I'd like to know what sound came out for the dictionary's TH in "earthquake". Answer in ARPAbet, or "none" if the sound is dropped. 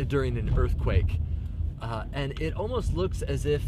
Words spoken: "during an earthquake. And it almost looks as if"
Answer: TH